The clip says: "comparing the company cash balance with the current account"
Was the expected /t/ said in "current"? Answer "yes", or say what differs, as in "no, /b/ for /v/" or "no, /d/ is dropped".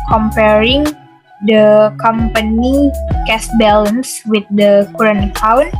no, /t/ is dropped